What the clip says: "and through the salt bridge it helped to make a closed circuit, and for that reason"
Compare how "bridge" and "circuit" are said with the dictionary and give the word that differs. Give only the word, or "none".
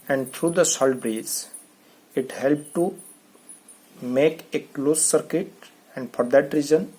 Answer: bridge